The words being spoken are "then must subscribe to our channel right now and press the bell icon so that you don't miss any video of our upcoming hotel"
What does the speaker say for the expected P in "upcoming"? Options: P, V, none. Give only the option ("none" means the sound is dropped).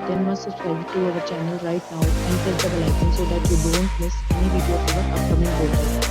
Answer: P